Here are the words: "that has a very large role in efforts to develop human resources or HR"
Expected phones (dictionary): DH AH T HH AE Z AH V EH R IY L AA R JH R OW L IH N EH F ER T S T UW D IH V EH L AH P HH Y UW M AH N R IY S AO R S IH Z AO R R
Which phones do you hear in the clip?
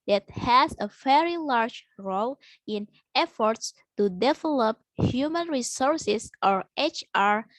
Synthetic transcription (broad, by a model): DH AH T HH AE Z AH V EH R IY L AA R JH R OW L IH N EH F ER T S T UW D IH V EH L AH P HH Y UW M AH N R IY S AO R S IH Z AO R R